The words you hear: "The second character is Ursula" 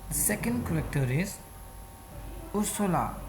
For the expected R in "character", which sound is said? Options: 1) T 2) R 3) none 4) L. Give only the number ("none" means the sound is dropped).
4